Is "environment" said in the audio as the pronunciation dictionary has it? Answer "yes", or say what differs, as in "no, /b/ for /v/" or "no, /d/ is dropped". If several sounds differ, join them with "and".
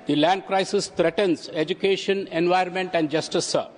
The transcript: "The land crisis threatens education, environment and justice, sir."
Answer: no, /ɹ/ is dropped